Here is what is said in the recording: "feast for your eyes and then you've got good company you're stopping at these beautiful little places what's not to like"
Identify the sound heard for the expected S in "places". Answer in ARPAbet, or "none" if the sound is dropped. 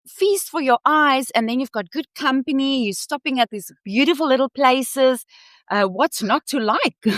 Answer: S